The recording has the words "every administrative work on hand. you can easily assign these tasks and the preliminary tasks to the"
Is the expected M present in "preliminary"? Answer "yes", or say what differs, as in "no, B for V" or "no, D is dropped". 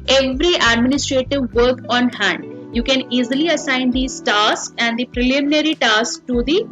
yes